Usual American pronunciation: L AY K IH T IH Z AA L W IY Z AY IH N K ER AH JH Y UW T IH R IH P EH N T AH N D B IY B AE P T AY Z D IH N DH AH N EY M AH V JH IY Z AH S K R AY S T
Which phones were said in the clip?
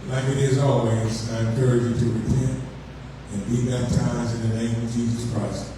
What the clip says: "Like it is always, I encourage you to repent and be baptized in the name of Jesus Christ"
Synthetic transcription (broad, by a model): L AY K IH T IH Z AA L W IY Z AY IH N K ER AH JH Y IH T IH R IH P EH N T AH N B IY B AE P T AY Z IH N DH AH N EY M AH V JH IY Z AH S K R AY S T